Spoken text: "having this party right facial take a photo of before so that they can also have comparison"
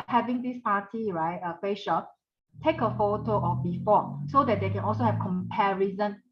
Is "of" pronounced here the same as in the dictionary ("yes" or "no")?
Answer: no